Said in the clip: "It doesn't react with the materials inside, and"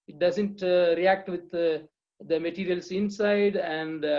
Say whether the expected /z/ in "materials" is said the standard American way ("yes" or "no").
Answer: no